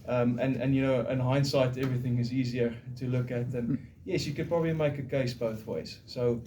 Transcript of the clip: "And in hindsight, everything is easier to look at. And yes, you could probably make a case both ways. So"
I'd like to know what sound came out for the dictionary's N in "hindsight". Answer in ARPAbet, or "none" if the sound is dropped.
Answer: N